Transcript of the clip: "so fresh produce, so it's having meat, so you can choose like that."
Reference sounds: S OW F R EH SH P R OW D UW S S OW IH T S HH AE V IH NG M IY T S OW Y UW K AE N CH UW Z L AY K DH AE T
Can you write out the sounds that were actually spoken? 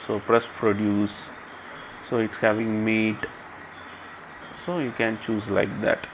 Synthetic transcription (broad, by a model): S OW P R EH S P R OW D UW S S OW IH T S HH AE V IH NG M IY T S OW Y UW K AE N CH UW Z L AY K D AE T